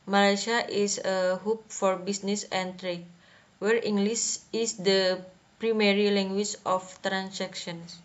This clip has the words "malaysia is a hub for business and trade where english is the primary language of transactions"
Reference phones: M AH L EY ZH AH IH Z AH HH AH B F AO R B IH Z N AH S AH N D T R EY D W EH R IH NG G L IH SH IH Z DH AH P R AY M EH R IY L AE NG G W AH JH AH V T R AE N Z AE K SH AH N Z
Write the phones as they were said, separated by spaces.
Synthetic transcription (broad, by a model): M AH L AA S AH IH S AH HH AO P F AO R B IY S N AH S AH N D T R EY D W EH R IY NG G L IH S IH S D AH P R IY M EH R IY L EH NG G W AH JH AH F T R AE N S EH K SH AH N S